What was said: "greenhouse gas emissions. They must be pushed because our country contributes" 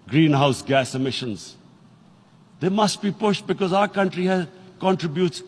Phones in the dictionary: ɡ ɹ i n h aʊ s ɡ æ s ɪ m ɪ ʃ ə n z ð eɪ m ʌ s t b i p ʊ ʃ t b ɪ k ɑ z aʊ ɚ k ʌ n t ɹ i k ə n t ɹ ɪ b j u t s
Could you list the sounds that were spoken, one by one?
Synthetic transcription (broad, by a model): ɡ ɹ i n h aʊ s ɡ æ s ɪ m ɪ ʃ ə n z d eɪ m ʌ s t b i p ʊ ʃ t b ɪ k ɑ z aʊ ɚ k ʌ n t ɹ i k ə n t ɹ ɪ b j u t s